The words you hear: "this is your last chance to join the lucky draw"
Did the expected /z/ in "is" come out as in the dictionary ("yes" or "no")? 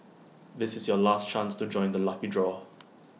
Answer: yes